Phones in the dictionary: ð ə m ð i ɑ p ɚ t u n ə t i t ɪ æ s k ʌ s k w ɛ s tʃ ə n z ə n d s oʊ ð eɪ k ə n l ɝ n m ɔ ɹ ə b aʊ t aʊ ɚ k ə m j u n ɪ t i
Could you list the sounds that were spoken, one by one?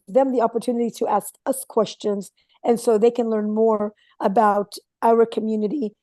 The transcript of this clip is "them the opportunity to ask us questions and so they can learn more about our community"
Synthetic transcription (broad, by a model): ð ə m ð i ɑ p ɚ t u n ə t i t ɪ æ s k ʌ s k w ɛ s tʃ ə n z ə n s oʊ ð eɪ k ə n l ɝ n m ɔ ɹ ə b aʊ t aʊ ɚ k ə m j u n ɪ t i